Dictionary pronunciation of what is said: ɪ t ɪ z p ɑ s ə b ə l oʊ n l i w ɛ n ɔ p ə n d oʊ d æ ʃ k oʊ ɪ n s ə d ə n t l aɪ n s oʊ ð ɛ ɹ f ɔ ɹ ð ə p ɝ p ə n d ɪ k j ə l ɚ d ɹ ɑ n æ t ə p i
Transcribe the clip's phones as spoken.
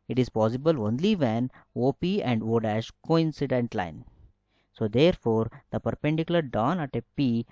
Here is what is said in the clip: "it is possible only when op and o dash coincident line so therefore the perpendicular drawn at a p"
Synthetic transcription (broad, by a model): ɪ t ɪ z p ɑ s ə b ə l oʊ n l i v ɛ n ɔ p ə n d oʊ d æ ʃ k oʊ ɪ n s ə d ə n t l aɪ n s oʊ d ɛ ɹ f ɔ ɹ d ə p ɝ p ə n d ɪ k j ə l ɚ d ɑ n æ t ə p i